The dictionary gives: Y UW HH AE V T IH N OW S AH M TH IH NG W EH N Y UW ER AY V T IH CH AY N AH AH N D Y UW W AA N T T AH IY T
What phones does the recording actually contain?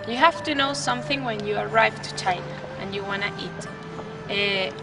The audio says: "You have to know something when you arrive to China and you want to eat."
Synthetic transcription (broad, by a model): Y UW HH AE F T IH N OW S AH M TH IH NG W EH N Y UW ER AY V T IH CH AY N AH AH N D Y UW W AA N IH T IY T